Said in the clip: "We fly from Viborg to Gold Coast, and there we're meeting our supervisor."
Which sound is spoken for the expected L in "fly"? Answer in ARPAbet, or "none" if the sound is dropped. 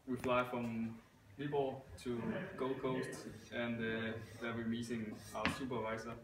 L